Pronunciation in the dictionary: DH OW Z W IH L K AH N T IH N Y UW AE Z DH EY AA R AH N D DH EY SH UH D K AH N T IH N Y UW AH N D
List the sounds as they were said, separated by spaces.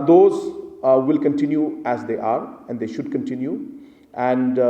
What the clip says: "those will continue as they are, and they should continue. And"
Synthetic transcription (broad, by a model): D OW Z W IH L K AH N T IH N Y UW AE Z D EY AA R AH N D EY SH UH D K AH N T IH N Y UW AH N D